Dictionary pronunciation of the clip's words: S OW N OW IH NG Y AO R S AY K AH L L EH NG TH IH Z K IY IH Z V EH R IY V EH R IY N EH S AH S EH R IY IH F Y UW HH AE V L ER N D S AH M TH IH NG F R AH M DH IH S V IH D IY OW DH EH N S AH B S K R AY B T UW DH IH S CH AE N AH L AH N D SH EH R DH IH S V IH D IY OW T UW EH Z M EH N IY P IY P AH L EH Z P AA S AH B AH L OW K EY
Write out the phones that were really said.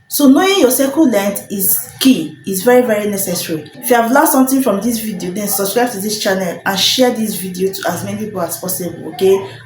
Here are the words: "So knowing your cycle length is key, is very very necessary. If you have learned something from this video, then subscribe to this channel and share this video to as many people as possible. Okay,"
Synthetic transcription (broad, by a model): S OW N OW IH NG Y AO S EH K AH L L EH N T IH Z K IY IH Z V EH R IY V EH R IY N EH S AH S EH R IY IH F Y UW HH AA V L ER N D S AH M T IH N F R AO M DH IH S V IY D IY OW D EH N S AH B S K R AY B T UW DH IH S CH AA N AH L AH N SH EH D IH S V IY D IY OW T UW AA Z M EH N IY P IY P AH L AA S P AA S AH B AH L OW K EY